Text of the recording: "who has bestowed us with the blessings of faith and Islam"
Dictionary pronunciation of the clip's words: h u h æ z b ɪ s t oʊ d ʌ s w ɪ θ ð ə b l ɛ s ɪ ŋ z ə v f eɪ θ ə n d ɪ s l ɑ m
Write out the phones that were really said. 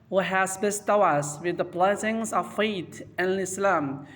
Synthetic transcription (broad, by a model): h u h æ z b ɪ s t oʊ ʌ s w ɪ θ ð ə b l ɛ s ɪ ŋ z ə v f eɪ t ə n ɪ s l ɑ m